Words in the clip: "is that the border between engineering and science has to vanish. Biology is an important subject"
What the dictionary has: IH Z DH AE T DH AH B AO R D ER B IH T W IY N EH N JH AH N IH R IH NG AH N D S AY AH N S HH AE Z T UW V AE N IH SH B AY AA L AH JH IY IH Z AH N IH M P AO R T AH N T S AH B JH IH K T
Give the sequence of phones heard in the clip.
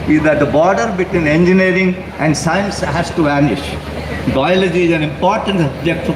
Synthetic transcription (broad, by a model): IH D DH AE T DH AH B AO R D ER B IH T W IY N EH N JH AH N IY R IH NG AH N D S AY AH N S HH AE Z T UW V AE N IH SH B AY AA L AH JH IY IH Z AH N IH M P AO R T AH N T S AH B JH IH K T